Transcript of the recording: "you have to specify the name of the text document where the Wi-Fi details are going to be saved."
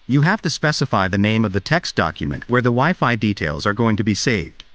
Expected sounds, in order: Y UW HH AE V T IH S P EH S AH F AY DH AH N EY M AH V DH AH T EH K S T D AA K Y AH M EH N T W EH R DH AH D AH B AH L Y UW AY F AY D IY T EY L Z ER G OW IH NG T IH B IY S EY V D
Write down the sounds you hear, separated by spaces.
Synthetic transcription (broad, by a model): Y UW HH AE F T IH S P EH S AH F AY DH AH N EY M AH V DH AH T EH K S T D AA K Y AH M EH N T W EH R DH AH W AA AH F AY D IY T EY L Z ER G OW IH NG T IH B IY S EY V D